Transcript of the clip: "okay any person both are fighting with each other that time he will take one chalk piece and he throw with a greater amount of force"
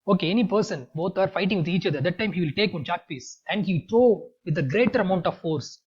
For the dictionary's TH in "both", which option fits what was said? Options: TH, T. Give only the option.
T